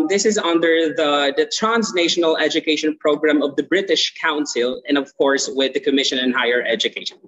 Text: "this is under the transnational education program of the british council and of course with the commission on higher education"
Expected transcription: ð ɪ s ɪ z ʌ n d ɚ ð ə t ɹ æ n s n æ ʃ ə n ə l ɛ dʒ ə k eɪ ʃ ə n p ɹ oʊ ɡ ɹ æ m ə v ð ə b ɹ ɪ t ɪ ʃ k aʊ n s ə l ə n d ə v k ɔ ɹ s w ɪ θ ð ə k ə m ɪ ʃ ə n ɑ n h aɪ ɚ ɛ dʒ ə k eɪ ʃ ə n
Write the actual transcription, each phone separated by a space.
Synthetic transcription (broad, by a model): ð ɪ s ɪ z ʌ n d ɚ ð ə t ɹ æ n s n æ ʃ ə n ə l ɛ dʒ ə k eɪ ʃ ə n p ɹ oʊ ɡ ɹ æ m ə v ð ə b ɹ ɪ t ɪ ʃ k aʊ n s ə l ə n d ə v k ɔ ɹ s w ɪ ð ə k ə m ɪ ʃ ə n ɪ n h aɪ ɚ ɛ dʒ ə k eɪ ʃ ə n